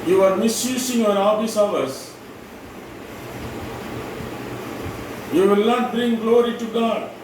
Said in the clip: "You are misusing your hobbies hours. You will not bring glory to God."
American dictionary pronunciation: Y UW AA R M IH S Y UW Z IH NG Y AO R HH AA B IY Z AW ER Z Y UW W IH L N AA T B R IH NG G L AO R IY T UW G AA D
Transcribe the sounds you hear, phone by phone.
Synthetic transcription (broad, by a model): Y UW AA R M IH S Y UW S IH NG Y AO R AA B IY S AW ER S Y UW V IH L N AA T B R IH NG G L AO R IY T UW G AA D